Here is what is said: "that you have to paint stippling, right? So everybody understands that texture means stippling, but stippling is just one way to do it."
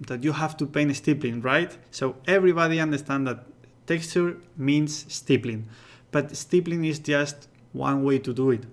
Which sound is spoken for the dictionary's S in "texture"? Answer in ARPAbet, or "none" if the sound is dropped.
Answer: S